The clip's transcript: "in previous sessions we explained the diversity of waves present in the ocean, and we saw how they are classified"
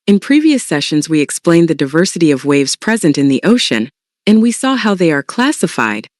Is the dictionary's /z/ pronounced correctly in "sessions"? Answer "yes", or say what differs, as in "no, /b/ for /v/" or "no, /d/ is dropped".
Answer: yes